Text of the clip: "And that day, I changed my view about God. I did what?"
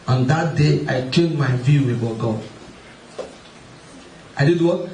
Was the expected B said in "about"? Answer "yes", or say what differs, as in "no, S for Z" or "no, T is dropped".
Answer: no, B is dropped